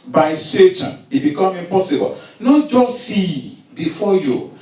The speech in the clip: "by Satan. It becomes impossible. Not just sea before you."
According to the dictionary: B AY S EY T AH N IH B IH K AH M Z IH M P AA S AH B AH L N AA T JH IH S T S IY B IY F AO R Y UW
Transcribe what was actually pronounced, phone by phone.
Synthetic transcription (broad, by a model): B AY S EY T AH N IH B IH K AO M IH M P AA S AH B AH L N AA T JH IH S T S IY B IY F AO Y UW